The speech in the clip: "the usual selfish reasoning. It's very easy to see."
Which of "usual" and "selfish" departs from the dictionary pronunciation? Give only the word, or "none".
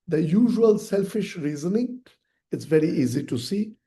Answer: none